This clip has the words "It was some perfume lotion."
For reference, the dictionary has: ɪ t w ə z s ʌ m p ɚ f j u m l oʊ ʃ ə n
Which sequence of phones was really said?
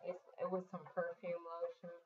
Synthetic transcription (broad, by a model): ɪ t w ə z s ʌ m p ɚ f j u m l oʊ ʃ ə n